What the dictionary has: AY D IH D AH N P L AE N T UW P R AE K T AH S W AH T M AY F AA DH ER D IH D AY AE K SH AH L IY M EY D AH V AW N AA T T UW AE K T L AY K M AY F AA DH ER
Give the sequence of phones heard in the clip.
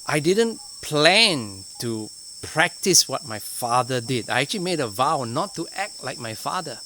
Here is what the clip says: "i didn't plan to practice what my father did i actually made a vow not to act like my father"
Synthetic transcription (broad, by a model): AY D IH D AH N P L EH N T UW P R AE K T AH S W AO T M AY F AA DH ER D IH D AY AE K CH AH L IY M EY D AH V AW N AA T T UW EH K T L AY K M AY F AA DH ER